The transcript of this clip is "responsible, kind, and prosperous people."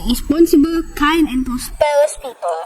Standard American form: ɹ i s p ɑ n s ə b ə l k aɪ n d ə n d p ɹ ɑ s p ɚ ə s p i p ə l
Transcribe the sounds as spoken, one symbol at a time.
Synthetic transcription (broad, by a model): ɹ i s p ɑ n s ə b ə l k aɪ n ə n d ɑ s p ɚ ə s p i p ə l